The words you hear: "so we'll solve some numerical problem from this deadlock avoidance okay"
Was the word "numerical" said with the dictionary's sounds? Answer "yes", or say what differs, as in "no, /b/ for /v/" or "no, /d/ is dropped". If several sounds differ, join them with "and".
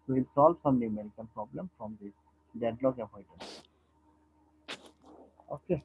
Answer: no, /n/ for /l/